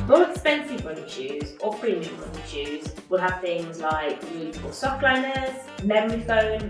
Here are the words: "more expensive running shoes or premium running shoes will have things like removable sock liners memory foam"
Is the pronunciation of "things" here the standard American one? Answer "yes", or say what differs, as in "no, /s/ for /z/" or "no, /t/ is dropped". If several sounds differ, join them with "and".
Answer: yes